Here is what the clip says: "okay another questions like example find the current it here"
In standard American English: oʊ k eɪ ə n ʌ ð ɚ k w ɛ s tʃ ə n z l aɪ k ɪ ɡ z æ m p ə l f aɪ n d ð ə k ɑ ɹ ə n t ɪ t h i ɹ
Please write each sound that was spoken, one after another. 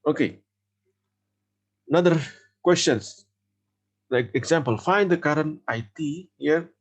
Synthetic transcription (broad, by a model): oʊ k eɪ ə n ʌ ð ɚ k w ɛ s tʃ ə n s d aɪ ɪ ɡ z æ m p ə l f aɪ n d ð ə k ɑ ɹ ə n t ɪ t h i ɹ